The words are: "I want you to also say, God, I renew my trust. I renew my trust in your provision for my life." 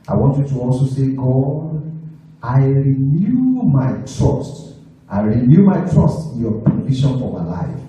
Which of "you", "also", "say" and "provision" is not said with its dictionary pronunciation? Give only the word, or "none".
provision